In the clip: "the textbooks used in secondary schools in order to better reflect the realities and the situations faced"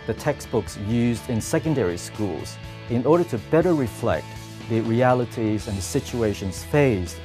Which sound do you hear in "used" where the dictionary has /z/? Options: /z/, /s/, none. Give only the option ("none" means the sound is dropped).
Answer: /z/